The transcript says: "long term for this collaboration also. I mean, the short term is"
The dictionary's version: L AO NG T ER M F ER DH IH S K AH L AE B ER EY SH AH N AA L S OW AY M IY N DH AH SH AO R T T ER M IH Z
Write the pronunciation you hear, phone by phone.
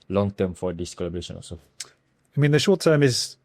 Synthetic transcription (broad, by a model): L AO NG T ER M F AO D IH S K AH L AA B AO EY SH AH N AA S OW AY M IY N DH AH SH AO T T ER M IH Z